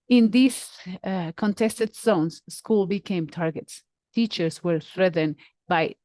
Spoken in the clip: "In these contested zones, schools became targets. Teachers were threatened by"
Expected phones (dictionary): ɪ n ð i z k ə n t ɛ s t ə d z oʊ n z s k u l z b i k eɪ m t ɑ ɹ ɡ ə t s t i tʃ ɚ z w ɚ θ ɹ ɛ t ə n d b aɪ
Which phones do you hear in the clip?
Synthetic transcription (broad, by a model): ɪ n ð i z k ə n t ɛ s t ə d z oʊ n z s k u l b i k eɪ m t ɑ ɹ ɡ ə t s t i tʃ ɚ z w ɚ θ ɹ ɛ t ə n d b aɪ